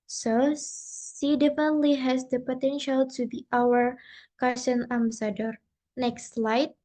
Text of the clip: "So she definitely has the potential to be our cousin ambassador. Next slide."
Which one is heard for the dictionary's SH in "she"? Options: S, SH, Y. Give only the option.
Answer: S